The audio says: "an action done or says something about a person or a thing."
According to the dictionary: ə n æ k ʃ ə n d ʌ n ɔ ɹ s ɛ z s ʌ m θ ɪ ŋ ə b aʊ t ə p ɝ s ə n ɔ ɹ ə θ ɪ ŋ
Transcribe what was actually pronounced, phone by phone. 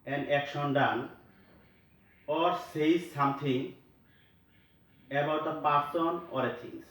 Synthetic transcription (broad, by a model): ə n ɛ k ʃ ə n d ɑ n ɔ ɹ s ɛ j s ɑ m t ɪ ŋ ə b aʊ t ə p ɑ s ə n ɔ ɹ ə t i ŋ